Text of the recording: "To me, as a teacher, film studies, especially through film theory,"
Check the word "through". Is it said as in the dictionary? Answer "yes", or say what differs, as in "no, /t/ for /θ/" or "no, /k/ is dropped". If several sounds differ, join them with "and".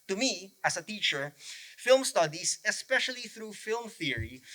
yes